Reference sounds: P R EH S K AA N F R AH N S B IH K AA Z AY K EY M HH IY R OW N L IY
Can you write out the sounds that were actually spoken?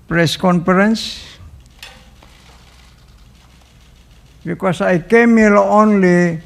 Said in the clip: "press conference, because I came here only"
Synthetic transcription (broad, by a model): P R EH S K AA N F R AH N S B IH K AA S AY K EY M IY L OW N L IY